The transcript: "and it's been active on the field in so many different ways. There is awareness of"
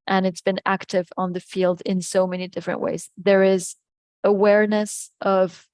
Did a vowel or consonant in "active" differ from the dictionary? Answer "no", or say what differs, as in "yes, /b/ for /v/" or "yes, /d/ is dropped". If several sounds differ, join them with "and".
no